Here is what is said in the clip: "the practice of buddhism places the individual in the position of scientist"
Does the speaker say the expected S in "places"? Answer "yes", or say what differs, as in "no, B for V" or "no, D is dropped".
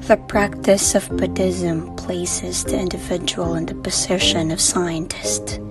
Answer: yes